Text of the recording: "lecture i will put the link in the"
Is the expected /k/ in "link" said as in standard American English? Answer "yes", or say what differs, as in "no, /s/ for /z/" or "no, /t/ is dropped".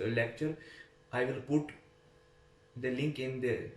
yes